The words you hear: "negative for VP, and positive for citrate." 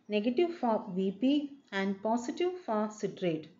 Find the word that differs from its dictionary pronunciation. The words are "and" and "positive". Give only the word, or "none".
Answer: positive